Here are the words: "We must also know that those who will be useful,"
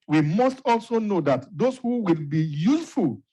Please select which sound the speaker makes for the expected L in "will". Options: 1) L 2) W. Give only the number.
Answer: 1